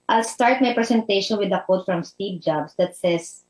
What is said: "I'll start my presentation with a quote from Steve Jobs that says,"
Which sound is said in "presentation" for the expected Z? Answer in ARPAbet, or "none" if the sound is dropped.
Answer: S